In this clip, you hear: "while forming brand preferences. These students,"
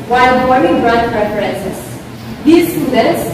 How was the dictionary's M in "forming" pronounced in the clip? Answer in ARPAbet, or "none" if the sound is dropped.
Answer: none